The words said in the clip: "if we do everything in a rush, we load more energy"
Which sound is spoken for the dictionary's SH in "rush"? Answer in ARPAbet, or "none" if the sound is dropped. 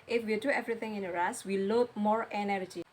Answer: S